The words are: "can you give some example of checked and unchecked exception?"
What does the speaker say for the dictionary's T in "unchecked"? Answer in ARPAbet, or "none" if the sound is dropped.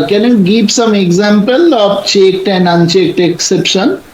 T